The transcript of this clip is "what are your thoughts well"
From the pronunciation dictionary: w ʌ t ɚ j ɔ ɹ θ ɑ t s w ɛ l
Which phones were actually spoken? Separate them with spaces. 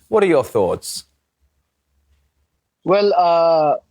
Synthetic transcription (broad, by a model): w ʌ t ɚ j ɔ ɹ θ ɑ t s w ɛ l